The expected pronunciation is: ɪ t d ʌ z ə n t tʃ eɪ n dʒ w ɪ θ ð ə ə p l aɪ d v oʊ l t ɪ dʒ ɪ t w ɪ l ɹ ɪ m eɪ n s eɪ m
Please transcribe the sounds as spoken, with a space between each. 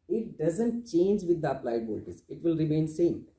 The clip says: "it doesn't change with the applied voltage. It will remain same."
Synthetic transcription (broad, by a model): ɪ t d ʌ z ə n t tʃ eɪ n dʒ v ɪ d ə ə p l aɪ d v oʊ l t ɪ z ɪ t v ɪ l ɹ ɪ m eɪ n s eɪ m